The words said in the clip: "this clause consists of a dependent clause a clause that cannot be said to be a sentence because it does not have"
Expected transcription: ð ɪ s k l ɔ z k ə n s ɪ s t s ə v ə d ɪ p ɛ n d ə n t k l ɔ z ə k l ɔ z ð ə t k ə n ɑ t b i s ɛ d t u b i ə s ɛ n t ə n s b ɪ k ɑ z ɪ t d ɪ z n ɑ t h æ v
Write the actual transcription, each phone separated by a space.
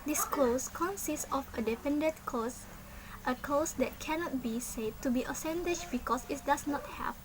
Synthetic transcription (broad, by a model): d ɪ s k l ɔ s k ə n s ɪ s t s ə f ə d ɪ f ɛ n d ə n k ɔ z ə k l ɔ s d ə t k ə n ɑ t b i s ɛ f t u b i ə s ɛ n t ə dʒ b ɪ k ɑ s ɪ t d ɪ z n ɑ t h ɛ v